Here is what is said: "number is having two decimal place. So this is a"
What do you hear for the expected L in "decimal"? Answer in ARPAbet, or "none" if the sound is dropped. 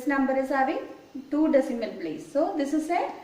N